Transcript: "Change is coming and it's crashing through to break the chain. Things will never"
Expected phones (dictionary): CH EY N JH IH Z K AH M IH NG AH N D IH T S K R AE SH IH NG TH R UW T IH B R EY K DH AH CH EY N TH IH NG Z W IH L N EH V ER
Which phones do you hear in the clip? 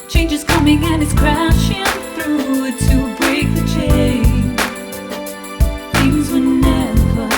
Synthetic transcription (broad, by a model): CH EY N JH IH Z K AH M IH NG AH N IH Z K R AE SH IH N TH R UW T IH B R EY K DH AH CH EY N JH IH Z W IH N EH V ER